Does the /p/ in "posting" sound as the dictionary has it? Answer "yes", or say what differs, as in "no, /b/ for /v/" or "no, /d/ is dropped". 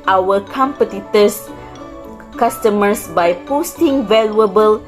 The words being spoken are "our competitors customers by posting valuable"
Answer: yes